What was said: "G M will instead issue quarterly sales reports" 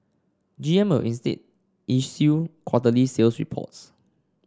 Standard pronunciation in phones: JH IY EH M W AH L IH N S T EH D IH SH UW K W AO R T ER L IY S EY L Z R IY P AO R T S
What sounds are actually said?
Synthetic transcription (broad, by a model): JH IY EH M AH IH N S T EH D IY S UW K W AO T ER L IY S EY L S R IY P AO T S